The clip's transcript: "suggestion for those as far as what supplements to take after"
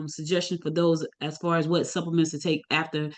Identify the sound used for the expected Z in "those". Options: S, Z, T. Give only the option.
Z